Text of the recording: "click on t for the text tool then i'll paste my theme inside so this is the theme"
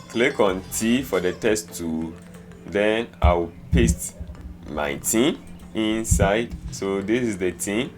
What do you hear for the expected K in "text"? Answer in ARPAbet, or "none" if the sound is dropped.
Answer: none